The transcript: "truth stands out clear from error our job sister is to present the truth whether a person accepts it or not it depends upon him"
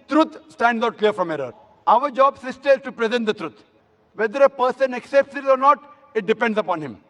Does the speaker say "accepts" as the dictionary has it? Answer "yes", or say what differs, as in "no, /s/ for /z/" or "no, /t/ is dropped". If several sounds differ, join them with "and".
yes